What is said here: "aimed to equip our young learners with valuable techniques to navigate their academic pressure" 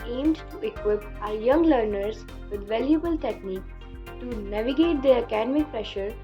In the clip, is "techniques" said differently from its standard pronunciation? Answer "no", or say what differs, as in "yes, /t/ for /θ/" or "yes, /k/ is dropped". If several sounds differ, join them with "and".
yes, /s/ is dropped